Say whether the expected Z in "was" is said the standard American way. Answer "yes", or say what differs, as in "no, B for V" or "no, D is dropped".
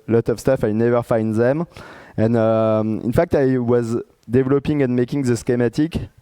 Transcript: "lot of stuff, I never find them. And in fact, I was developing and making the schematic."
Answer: yes